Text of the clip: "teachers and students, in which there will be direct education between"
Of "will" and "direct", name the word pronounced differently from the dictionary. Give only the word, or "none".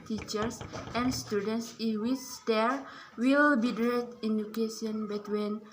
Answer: direct